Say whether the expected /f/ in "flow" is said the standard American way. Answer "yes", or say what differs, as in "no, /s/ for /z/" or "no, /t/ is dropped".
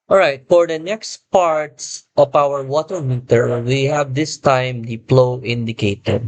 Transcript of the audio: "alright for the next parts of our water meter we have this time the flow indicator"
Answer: no, /p/ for /f/